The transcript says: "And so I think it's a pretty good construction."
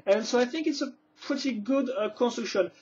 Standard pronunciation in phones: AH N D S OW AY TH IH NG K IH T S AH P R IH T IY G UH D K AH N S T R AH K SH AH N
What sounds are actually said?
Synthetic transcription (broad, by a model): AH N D S OW AY TH IH NG K IH T S AH P R IH T IY G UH D K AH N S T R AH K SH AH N